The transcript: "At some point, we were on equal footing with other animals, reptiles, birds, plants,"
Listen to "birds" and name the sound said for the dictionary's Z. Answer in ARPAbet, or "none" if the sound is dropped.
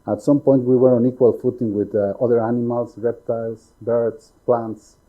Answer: S